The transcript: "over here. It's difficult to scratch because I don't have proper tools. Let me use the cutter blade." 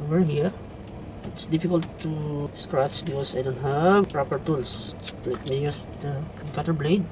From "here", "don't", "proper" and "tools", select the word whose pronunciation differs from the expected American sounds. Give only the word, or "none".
tools